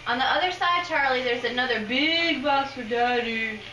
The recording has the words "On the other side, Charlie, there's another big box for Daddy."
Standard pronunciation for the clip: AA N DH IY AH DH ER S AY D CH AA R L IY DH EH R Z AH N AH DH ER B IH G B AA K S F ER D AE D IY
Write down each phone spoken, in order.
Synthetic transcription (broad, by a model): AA N DH IY AH DH ER S AY D CH AA R L IY DH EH R Z AH N AH DH ER B IH G B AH S F ER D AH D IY